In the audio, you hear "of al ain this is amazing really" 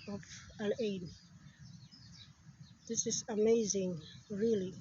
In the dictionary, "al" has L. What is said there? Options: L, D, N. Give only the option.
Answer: N